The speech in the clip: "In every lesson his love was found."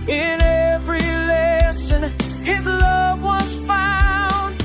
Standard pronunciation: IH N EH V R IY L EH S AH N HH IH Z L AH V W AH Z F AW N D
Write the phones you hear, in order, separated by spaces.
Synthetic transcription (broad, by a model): IH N EH V R IY L EH S AH N IH Z L AH V W AH Z F AW N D